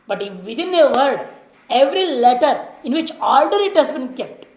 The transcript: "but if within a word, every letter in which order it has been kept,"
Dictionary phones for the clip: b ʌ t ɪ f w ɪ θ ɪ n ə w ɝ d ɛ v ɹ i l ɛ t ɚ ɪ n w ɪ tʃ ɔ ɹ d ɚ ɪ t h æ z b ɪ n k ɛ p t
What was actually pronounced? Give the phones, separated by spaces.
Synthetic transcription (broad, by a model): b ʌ t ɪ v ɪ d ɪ n ə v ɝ d ɛ v ɹ i l ɛ t ɚ ɪ n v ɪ tʃ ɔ l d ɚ ɪ t h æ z b ɪ n k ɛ p t